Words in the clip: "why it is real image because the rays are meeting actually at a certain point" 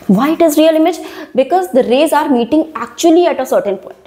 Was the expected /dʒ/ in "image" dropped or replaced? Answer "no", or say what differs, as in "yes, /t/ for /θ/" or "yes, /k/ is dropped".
no